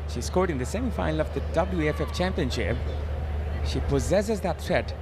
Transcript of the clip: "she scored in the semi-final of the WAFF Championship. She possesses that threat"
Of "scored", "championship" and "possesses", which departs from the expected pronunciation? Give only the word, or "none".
none